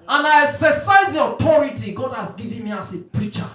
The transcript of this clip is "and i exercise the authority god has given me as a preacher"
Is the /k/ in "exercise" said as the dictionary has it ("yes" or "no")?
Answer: no